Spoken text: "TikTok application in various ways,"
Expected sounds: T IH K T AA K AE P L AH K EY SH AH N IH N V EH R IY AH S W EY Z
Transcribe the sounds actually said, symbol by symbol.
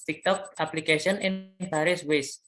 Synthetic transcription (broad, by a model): T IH K T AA K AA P L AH K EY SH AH N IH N P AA R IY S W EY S